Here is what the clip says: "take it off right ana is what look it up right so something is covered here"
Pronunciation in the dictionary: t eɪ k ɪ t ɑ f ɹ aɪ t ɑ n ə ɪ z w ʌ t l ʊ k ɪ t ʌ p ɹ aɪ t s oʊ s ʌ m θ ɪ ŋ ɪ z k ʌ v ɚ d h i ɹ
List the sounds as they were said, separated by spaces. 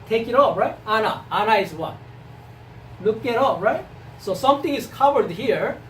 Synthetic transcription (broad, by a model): t eɪ k ɪ t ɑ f ɹ aɪ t ɑ n ə ɪ z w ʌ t l ʊ k ɪ t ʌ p ɹ aɪ t s oʊ s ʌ m t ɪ ŋ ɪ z k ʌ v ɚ d h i ɹ